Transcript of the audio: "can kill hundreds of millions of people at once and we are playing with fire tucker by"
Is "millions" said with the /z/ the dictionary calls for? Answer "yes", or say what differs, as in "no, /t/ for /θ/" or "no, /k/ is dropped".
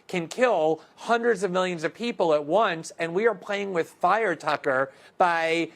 yes